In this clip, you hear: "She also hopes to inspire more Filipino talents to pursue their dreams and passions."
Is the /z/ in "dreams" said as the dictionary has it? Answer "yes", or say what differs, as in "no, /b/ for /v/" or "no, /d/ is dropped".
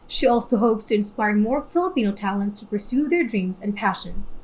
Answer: yes